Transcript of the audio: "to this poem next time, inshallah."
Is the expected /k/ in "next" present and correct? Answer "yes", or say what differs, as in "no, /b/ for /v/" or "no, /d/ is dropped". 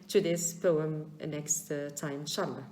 yes